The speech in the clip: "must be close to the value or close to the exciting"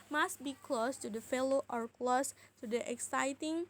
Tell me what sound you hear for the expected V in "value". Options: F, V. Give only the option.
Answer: F